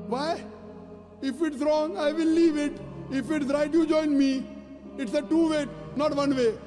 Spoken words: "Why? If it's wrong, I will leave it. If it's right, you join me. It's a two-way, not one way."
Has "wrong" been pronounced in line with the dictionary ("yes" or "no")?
yes